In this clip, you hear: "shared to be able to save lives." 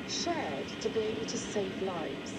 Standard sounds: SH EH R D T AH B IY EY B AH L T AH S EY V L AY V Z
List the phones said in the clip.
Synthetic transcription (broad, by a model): SH EH R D T AH B IY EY B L T AH S EY V L AY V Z